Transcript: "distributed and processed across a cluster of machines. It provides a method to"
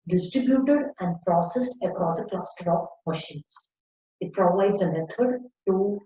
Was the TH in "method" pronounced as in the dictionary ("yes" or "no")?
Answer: no